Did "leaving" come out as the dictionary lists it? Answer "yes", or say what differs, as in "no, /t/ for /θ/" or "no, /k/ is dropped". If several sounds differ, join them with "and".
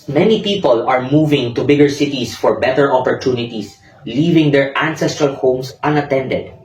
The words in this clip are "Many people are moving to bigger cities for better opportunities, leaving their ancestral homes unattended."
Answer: yes